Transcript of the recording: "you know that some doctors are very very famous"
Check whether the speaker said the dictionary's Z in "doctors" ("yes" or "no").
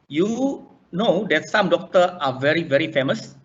no